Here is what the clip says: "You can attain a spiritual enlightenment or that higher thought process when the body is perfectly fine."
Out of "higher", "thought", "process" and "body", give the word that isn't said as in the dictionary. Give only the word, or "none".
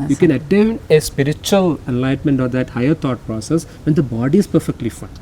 thought